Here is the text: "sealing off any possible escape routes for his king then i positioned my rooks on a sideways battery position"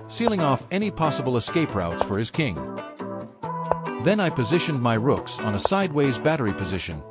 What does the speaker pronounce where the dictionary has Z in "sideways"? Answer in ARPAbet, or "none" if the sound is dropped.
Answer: Z